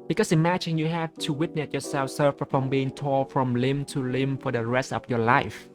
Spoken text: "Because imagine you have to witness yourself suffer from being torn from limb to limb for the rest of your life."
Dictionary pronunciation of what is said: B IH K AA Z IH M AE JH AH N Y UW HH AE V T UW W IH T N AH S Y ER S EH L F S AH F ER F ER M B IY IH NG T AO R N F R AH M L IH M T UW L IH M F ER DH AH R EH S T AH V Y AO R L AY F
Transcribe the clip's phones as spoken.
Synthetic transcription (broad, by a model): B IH K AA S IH M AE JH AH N Y UW HH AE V T UW W IH T N AH S Y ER S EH L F S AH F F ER M B IY IH NG T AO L F R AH M L IH M T UW L IH M F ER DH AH R EH S T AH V Y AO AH L AY F